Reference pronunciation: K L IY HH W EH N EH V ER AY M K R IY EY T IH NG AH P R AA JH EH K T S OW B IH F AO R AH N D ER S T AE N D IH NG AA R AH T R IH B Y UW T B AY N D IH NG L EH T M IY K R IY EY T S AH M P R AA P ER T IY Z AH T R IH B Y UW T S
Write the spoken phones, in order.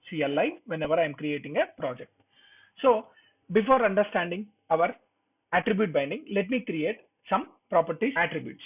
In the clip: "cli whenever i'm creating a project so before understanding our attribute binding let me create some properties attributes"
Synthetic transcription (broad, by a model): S L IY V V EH N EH V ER AY M K R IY EY T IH NG AH P R AA JH EH K T S OW B IH F AO R AH N D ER S T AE N D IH NG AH R AH T R IH B Y UW T B AY N D IH NG L EH T M IY K R IY EY T S AH M P R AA P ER T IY AH T R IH B Y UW T S